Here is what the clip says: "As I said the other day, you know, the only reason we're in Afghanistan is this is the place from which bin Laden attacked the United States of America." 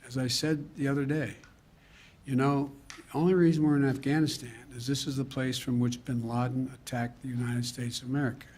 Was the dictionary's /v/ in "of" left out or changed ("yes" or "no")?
no